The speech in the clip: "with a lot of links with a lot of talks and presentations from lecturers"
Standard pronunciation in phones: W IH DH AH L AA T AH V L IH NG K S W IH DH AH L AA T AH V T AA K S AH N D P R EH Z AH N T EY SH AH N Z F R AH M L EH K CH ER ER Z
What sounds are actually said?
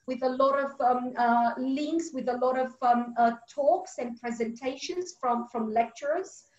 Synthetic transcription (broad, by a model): W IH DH AH L AA T AH V L IH NG K S W IH DH AH L AA T AH V T AA K S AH N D P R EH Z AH N T EY SH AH N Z F R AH M L EH K CH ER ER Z